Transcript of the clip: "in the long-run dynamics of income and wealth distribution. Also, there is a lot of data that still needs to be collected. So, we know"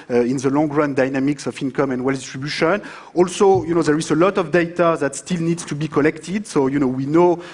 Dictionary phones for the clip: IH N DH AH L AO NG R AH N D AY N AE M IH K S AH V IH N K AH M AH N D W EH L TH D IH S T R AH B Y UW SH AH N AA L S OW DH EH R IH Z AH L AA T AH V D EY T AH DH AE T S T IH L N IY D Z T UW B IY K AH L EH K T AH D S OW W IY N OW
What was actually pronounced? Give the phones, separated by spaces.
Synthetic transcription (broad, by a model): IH N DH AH L AO NG R AH N D AY N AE M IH K S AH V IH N K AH M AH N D W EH L D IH S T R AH B Y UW SH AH N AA L S OW DH EH R IH Z AH L AA T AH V D EY T AH DH AE T S T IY L N IY D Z T UW B IY K AH L EH K T AH D S OW W IY N OW